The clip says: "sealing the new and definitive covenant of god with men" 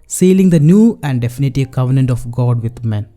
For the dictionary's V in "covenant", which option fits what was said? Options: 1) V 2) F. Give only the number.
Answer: 1